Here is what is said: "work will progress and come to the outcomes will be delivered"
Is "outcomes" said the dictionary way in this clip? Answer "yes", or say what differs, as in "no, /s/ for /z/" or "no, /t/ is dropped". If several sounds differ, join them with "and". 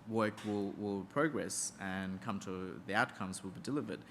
yes